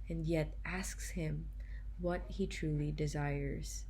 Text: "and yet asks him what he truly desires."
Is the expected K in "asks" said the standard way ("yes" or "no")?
yes